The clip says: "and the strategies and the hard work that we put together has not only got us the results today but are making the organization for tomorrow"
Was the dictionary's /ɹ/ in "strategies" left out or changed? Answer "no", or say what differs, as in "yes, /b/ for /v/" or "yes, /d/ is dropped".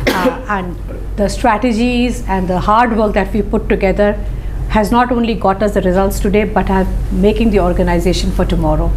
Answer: no